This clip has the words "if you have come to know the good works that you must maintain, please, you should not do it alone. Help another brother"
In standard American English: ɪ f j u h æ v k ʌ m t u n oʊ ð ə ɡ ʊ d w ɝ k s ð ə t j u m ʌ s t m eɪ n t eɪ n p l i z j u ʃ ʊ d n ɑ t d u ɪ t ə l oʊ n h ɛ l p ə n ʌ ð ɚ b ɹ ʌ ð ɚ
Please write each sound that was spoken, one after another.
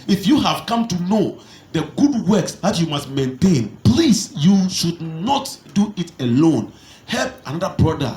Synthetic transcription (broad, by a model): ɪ f j u h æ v k ʌ m t u n oʊ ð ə ɡ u d w ɝ k s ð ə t j u m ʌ s t m eɪ n t eɪ n p l i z j u ʃ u d n ɑ t d u ɪ t ə l oʊ n h ɛ l p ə n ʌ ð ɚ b ɹ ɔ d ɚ